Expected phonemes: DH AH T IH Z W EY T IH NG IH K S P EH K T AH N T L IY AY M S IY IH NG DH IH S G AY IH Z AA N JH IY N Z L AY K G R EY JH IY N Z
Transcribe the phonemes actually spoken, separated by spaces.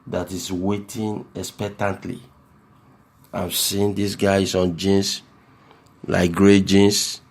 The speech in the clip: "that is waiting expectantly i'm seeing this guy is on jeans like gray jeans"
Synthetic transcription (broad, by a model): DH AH T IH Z W EY T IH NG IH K S P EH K T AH N T L IY AY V S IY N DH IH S G AY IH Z AA N JH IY N S L AY K G R EY JH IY N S